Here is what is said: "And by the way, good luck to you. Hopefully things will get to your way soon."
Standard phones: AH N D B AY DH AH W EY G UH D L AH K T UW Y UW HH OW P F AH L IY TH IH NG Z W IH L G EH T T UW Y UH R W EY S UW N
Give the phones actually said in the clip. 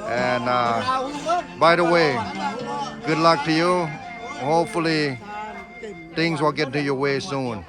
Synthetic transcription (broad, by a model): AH N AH B AY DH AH W EY G UH D L AH K T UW Y UW HH OW P F AH L IY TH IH NG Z W IH L G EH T T UW Y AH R W EY S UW N